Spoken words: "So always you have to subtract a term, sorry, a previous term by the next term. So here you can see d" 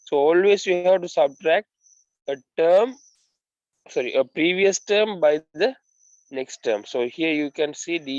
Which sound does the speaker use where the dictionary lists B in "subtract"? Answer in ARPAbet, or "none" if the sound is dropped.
B